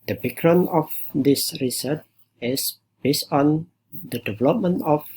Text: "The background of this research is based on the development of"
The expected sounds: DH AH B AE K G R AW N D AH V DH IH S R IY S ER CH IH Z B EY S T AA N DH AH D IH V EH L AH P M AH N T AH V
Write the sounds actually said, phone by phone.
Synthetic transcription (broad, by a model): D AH B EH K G R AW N AH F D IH S R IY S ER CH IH S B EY S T AA N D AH D IH V EH L AH P M AH N T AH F